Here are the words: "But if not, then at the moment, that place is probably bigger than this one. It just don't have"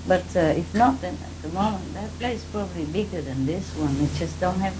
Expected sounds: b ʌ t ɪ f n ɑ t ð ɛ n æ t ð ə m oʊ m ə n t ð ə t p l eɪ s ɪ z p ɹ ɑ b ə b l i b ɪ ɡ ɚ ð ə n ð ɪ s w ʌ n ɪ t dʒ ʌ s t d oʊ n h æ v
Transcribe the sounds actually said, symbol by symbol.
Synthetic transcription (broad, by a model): b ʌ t ɪ f n ɑ t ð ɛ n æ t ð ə m oʊ m ə n t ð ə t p l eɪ ɪ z p ɹ ɑ b ə b l i b ɪ ɡ ɚ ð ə n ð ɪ s w ʌ n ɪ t dʒ ʌ s t d oʊ n h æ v